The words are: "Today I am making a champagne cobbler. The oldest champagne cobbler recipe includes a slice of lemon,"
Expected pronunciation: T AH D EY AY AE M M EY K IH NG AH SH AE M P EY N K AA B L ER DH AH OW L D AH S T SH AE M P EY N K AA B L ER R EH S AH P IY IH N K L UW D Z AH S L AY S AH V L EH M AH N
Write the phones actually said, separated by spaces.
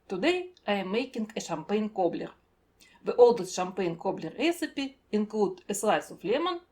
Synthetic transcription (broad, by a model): T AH D EY AY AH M M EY K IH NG AH SH AE M P EY N K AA B L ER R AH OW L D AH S SH AE M P EY N K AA B L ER R EH S AH P IY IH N K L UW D AH S L AY S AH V L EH M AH N